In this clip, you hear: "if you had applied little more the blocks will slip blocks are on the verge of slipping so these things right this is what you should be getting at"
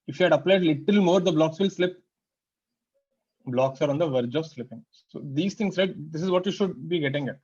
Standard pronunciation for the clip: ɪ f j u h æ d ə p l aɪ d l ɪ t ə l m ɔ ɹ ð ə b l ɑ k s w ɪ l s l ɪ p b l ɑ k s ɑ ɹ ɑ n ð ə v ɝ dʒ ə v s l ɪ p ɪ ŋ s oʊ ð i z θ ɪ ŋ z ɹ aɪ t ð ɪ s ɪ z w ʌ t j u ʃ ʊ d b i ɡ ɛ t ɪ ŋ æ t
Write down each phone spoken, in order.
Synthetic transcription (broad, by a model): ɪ f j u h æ d ə p l aɪ d l ɪ t ə l m ɔ ɹ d ə b l ɑ k s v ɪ l s l ɪ p b l ɑ k s ɑ ɹ ɑ n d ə v ɝ dʒ ə v s l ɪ p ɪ ŋ s oʊ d i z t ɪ ŋ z ɹ aɪ t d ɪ s ɪ z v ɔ t j u ʃ ʊ d b i ɡ ɛ t ɪ ŋ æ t